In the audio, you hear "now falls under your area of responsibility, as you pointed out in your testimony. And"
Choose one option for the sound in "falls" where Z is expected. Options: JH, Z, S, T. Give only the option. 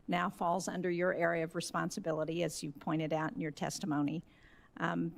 Z